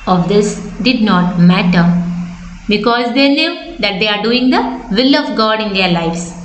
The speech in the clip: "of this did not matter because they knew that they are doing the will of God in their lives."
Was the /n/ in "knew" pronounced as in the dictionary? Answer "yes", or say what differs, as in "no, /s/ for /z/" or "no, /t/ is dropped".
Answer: no, /l/ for /n/